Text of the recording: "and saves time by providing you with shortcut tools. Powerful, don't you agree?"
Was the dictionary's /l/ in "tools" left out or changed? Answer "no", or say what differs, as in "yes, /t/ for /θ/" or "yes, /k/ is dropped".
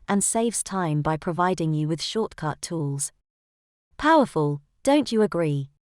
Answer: no